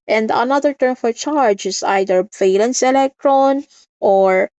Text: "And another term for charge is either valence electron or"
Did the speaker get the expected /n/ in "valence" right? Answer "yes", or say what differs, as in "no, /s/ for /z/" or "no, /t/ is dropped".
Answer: yes